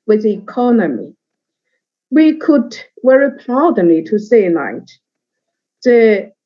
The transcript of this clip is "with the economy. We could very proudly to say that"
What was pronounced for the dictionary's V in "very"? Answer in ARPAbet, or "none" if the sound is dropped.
W